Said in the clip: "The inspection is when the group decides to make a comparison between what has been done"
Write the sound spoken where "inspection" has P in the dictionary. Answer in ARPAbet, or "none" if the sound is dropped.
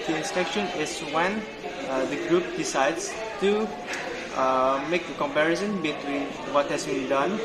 none